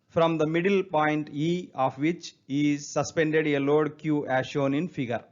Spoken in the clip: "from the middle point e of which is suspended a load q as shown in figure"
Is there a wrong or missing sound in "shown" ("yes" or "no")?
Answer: no